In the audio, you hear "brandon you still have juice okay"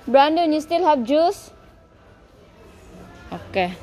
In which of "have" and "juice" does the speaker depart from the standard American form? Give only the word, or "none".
have